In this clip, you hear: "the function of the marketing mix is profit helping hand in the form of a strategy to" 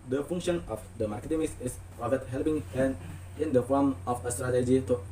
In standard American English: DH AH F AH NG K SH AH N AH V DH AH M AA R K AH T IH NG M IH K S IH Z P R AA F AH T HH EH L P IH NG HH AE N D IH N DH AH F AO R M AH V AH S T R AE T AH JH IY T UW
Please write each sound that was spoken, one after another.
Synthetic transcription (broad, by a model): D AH F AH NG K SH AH N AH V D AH M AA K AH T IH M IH S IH S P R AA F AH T HH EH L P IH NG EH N IH N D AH F AO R M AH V AH S T R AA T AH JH IY T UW